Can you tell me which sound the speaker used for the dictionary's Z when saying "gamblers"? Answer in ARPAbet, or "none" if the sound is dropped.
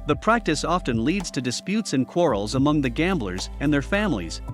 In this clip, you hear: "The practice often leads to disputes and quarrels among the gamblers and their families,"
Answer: Z